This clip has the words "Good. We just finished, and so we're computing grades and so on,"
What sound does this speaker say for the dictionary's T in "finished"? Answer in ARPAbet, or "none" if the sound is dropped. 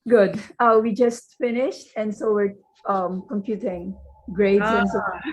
T